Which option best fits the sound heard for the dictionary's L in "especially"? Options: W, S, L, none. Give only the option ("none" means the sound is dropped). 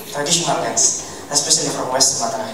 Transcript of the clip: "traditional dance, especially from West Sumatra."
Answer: none